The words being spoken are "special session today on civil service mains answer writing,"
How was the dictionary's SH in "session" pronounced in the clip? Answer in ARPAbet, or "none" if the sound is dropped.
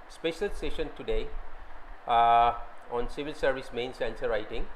SH